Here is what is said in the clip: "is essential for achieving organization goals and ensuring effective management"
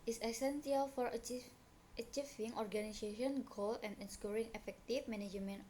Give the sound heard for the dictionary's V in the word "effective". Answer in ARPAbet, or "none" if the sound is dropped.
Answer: F